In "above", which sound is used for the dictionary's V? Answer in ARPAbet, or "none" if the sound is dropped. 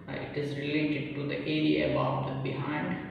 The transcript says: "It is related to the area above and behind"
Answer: none